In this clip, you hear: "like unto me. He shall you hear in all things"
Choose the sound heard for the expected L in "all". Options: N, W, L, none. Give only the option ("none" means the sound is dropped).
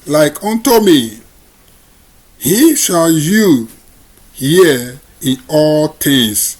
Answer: L